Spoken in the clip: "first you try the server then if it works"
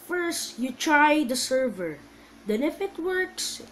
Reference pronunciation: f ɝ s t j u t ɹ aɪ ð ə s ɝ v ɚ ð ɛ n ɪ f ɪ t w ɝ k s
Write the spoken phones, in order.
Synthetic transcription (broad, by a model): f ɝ s t j u t ɹ aɪ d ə s ɝ v ɚ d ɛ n ɪ f ɪ t w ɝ k s